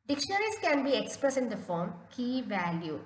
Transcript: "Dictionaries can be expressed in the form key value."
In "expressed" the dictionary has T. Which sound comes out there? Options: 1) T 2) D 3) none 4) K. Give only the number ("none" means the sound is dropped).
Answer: 3